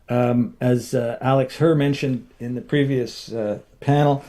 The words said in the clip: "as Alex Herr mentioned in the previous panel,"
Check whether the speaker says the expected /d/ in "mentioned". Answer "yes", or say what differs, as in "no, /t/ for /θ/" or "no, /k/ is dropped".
yes